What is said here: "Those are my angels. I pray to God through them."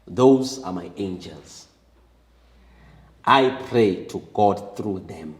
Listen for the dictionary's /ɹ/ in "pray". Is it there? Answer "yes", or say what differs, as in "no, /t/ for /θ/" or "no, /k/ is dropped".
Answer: yes